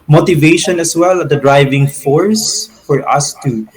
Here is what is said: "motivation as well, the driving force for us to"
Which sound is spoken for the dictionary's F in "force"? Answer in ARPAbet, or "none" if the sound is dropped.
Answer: F